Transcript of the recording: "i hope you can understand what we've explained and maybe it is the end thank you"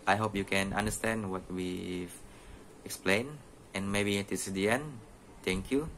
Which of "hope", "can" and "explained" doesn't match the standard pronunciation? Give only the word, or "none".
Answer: explained